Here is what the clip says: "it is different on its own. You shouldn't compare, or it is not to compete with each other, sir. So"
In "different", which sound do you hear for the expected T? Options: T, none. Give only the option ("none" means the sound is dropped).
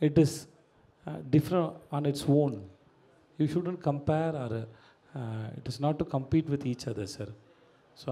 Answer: none